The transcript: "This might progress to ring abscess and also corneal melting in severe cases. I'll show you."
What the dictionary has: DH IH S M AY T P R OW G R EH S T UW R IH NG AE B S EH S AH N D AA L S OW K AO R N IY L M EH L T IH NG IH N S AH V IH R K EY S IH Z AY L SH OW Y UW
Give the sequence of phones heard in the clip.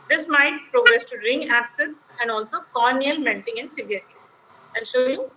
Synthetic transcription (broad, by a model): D IH S M AY T P R OW G R EH S T UW R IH NG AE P S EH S AH N D AA L S OW K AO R N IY L M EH N T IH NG IH N S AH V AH R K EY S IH IH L SH OW Y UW